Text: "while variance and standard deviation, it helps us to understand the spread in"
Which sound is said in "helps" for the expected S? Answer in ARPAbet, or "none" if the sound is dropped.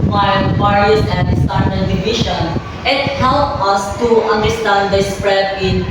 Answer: none